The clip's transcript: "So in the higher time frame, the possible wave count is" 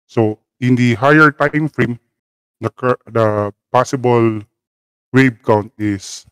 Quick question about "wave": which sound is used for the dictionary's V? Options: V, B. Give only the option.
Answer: B